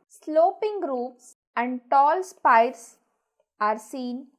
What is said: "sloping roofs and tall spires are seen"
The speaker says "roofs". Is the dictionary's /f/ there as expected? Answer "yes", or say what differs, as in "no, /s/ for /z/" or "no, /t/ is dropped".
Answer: no, /p/ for /f/